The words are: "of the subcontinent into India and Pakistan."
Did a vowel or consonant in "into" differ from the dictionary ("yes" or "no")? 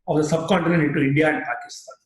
yes